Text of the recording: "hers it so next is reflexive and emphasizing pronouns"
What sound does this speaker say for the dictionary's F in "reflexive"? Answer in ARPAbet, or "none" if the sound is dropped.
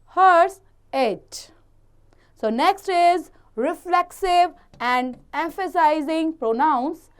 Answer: F